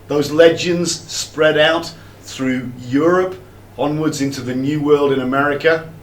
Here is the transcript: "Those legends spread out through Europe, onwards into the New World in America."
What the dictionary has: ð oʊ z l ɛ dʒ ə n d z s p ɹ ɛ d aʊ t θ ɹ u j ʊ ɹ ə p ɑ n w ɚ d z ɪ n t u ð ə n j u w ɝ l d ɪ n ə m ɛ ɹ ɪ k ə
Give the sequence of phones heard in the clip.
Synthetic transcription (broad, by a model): ð oʊ z l ɛ dʒ ə n d z s p ɹ ɛ d aʊ t θ ɹ u j ʊ ɹ ə p ɑ n w ɚ d z ɪ n t u ð ə n j u w ɝ l d ɪ n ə m ɛ ɹ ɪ k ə